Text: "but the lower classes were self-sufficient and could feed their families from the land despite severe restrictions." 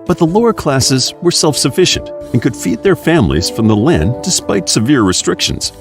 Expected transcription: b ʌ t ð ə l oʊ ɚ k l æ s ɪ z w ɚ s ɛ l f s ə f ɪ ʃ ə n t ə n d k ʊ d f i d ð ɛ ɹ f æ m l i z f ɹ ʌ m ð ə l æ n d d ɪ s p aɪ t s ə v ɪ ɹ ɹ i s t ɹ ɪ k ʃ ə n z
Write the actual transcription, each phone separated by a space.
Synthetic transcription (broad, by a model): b ʌ t ð ə l oʊ ɚ k l æ s ɪ z w ɚ s ɛ l f s ə f ɪ ʃ ə n t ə n k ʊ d f i d ð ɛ ɹ f æ m l i z f ɹ ʌ m ð ə l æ n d d ɪ s p aɪ t s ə v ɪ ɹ ɹ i s t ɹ ɪ k ʃ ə n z